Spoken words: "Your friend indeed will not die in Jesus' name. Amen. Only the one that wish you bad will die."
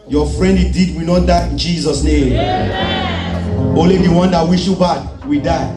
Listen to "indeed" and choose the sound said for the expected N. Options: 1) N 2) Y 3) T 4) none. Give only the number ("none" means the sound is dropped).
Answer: 4